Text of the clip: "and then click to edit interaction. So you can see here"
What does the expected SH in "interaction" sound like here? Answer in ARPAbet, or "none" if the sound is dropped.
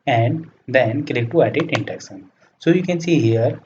S